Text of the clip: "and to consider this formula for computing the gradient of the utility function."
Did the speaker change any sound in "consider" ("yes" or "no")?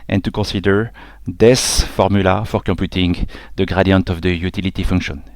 yes